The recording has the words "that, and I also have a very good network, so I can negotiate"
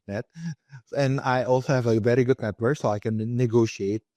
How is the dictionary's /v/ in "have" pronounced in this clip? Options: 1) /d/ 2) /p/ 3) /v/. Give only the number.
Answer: 3